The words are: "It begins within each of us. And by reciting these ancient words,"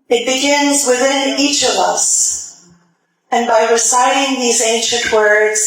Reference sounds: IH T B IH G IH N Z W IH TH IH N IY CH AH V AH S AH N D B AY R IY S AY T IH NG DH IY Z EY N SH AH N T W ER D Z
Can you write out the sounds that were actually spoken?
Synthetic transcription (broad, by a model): IH T B IH G IH N Z W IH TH IH N IY CH AH V AH S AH N B AY R IY S AY T IH NG DH IY Z EY N SH AH N T W ER D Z